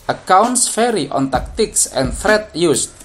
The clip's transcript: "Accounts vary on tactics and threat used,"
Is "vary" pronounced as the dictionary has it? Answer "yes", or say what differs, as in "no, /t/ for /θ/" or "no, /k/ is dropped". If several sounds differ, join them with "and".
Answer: no, /f/ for /v/